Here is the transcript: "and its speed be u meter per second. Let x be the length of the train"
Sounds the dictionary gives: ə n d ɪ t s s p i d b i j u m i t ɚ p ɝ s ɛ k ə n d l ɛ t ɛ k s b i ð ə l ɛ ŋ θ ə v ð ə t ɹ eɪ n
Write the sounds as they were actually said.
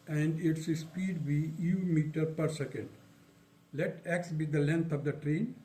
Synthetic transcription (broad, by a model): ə n d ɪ t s s p i d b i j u m i t ɚ p ɝ s ɛ k ə n d l ɛ t ɛ k s b i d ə l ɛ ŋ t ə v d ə t ɹ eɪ n